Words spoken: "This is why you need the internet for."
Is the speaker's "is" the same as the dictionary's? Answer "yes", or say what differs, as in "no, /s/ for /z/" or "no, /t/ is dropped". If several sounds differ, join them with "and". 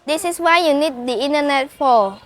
no, /s/ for /z/